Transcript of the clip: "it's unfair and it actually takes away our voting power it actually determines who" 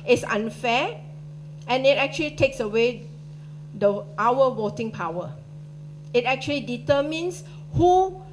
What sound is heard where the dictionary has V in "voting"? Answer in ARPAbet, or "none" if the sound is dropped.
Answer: W